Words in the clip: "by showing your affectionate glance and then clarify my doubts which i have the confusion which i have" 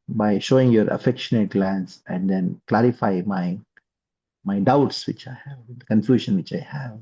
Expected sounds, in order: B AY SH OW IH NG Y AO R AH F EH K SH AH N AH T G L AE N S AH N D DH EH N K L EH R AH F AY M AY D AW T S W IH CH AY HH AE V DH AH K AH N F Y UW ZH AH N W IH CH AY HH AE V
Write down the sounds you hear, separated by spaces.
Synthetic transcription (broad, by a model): B AY SH OW IH NG Y AO R AH F EH K SH AH N AH T G L AE N S AH N D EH N K L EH R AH F AY M AY D AW T S W IH CH AY HH AE V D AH K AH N F Y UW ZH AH N W IH CH AY HH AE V